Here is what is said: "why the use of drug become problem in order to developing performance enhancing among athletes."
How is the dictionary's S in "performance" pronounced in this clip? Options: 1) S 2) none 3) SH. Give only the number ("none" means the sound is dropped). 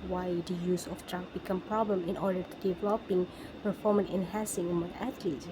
2